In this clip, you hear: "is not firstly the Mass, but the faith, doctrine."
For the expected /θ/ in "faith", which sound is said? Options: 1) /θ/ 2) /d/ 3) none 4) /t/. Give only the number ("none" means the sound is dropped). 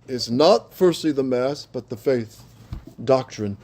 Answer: 1